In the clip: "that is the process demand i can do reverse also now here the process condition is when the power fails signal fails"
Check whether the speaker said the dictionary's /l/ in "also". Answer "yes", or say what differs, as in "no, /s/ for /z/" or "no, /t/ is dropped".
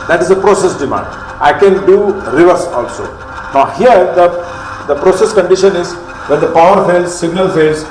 yes